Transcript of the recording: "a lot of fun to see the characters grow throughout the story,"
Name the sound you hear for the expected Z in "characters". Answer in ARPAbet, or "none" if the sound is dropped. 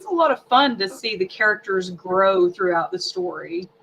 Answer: Z